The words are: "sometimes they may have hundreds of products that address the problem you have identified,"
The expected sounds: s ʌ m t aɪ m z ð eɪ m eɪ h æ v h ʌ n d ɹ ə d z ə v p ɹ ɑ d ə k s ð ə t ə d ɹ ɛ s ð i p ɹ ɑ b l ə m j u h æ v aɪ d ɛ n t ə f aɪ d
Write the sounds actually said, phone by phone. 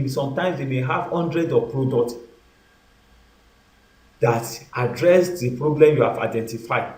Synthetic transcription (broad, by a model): s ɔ m t aɪ m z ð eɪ m eɪ h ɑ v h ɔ n d ɹ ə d ə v p ɹ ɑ d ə k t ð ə t ə d ɹ ɛ s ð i p ɹ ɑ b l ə m j u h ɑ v aɪ d ɛ n t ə f aɪ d